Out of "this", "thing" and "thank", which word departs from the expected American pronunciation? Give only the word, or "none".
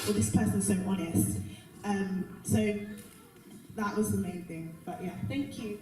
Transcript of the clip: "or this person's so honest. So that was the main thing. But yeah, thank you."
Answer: none